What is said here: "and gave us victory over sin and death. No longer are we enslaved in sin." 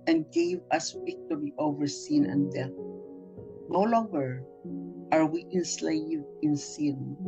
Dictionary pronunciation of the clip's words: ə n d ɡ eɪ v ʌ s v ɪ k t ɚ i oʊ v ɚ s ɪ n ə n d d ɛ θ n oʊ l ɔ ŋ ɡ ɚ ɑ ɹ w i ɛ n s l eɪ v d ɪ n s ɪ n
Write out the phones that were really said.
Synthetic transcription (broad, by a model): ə n ɡ eɪ v ʌ s w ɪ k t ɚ i oʊ v ɚ s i n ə n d d ɛ θ n oʊ l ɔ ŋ ɡ ɚ ɑ ɹ w i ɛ n s l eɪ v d ɪ n s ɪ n